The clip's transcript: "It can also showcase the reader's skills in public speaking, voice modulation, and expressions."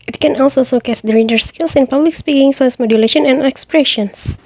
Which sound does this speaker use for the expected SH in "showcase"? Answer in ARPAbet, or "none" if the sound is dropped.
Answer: S